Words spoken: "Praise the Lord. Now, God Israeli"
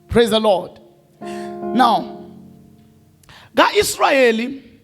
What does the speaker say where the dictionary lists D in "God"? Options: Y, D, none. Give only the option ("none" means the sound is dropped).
none